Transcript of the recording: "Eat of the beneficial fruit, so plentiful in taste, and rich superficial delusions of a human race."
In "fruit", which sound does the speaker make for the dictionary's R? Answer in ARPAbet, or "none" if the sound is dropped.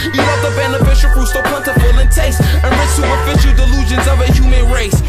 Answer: none